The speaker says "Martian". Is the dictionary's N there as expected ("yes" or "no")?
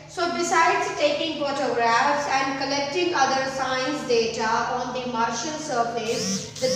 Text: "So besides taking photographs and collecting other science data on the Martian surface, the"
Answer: no